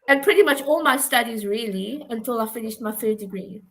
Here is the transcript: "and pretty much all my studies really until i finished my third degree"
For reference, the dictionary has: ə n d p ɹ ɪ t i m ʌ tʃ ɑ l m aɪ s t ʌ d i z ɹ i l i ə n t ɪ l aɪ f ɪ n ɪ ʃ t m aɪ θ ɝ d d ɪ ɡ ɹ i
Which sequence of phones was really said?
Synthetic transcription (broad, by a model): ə n p ɹ ɪ t i m ʌ tʃ ɑ l m aɪ s t ʌ d i z ɹ i l i ə n t ɪ l aɪ f ɪ n ɪ ʃ t m aɪ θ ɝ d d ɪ ɡ ɹ i